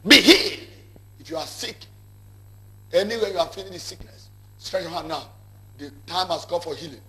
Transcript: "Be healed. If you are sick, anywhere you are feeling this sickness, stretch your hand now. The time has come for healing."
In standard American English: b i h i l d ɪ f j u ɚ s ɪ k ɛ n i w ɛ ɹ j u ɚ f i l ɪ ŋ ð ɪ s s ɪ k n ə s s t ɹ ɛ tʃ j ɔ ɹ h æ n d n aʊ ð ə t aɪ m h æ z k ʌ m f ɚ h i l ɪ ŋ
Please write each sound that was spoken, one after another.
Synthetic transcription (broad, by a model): b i h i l ɪ f j u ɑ s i k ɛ n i w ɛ j u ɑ f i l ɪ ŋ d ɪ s s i k n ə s s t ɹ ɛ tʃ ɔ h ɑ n n aʊ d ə t aɪ m h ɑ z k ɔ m f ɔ h i l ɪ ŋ